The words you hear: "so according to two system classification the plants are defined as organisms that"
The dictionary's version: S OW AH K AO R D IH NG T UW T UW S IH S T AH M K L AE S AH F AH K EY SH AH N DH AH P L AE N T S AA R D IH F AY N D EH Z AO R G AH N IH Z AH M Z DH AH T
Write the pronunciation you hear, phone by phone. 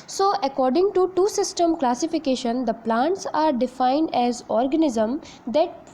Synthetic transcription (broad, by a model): S OW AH K AO R D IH NG T UW T UW S IH S T AH M K L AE S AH F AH K EY SH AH N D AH P L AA N T S AA R D IH F AY N D EH Z AO R G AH N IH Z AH M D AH T